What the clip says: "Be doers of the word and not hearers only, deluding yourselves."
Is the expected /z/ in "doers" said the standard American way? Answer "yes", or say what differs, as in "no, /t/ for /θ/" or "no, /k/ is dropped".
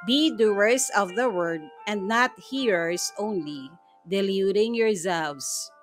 no, /s/ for /z/